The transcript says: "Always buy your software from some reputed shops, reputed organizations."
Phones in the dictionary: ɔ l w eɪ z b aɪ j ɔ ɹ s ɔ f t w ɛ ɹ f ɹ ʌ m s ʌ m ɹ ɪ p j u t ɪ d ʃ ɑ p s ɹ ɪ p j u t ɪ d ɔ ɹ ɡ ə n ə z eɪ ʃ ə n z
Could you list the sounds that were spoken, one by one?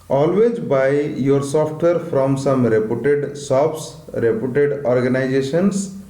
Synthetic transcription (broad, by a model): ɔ l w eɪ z b aɪ j ɔ ɹ s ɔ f t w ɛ ɹ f ɹ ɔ m s ʌ m ɹ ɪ p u t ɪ d s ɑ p s ɹ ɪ p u t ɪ d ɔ ɹ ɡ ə n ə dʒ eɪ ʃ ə n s